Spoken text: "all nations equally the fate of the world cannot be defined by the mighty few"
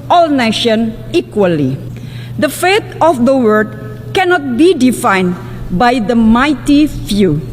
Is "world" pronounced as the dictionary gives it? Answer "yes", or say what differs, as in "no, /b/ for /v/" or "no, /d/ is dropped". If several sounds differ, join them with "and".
no, /l/ is dropped